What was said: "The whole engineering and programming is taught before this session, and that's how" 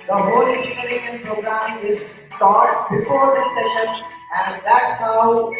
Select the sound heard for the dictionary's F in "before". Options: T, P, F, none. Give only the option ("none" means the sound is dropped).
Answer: P